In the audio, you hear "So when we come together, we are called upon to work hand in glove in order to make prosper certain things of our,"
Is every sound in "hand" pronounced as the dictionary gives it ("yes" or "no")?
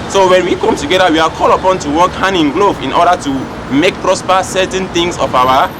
no